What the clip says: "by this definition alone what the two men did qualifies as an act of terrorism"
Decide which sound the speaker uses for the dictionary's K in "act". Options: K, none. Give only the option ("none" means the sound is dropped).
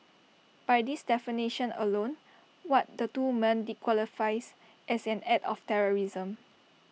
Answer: none